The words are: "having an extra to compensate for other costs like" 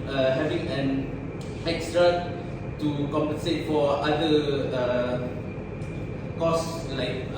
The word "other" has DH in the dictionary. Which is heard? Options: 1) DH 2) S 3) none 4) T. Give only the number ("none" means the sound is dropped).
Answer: 3